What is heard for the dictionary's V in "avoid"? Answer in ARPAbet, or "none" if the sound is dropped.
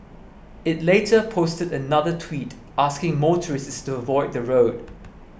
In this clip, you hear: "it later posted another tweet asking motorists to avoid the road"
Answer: V